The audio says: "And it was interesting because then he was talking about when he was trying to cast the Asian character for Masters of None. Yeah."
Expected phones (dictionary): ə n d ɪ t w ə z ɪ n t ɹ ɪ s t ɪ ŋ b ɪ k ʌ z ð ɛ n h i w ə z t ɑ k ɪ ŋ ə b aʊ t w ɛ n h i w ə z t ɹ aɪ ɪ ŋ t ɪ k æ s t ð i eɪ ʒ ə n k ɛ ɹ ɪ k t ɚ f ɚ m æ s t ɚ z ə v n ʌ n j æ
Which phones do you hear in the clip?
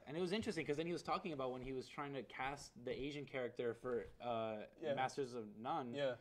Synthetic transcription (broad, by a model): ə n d ɪ t w ə z ɪ n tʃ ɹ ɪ s t ɪ ŋ k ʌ z ð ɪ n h i w ə z t ɑ k ɪ ŋ ə b aʊ t w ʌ n i w ə z t ɹ aɪ ɪ ŋ t ɪ k æ s t ð i eɪ ʒ ə n k ɛ ɹ ɪ k t ɚ f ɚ m æ s t ɚ z ə v n ʌ n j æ